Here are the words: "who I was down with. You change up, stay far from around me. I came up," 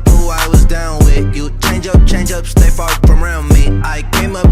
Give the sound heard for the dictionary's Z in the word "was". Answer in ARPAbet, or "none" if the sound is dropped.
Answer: Z